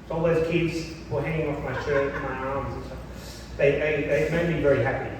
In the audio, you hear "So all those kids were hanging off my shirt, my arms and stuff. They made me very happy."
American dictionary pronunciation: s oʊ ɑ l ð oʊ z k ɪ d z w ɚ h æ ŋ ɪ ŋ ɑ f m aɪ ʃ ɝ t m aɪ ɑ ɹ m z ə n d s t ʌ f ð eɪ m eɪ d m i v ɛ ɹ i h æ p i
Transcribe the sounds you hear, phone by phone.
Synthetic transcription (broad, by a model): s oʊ ɑ l ð oʊ z k ɪ d z w ɚ h æ ŋ ɪ ŋ ɑ f m aɪ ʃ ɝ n m aɪ ɑ ɹ m z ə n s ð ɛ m ð eɪ m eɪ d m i v ɛ ɹ i h æ p i